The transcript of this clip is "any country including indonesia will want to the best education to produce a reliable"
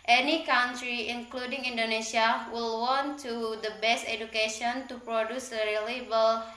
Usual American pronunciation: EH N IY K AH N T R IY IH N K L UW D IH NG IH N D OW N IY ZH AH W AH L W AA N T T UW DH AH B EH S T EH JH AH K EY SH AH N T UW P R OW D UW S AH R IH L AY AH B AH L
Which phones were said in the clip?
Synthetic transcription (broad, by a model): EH N IY K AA N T R IY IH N K L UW D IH NG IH N D OW N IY S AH W AH L W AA N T T UW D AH B EH S T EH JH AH K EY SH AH N T UW P R OW D UW S AH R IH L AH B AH L